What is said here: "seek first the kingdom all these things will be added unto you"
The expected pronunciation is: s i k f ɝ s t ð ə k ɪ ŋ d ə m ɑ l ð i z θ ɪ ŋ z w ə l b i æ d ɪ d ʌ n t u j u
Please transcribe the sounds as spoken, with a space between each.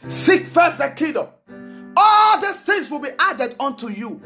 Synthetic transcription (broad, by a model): s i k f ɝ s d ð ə k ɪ d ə ɑ l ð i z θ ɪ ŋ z w ə l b i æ d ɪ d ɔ n t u j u